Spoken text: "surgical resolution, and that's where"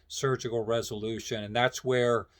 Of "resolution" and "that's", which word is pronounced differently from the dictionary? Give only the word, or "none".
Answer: none